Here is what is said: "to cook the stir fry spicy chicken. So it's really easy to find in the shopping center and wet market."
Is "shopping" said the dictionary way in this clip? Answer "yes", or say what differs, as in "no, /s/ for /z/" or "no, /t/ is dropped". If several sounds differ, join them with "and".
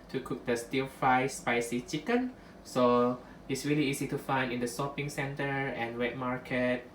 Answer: no, /s/ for /ʃ/